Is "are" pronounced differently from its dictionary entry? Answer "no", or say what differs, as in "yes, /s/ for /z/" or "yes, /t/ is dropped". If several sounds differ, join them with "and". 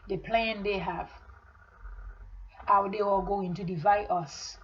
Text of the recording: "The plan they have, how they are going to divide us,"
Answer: yes, /l/ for /ɹ/